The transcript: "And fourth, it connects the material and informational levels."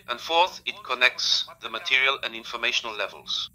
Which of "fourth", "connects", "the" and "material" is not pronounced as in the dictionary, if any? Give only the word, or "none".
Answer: none